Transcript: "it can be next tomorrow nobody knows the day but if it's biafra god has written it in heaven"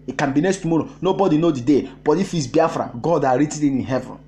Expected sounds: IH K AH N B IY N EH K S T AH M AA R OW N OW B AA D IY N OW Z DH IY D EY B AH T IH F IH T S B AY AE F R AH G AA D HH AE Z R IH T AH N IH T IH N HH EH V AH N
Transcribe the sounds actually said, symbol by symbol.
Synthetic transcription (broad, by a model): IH K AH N B IY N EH S T AH M AA R OW N OW B AA D IY N OW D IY D EY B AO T IH F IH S B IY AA F R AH G AA D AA R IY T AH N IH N IH N HH EH V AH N